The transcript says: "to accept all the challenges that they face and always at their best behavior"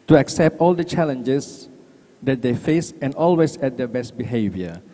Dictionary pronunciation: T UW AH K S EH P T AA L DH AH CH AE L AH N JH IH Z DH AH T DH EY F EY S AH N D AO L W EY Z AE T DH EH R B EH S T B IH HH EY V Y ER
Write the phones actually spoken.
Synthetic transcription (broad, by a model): T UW AH K S EH P T AA L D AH CH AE L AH N JH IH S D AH T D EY F EY S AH N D AO L W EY S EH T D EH B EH S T B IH HH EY V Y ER